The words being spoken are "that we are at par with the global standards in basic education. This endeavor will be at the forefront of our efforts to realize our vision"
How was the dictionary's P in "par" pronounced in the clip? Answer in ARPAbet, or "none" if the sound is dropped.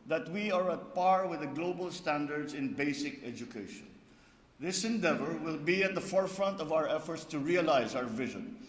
P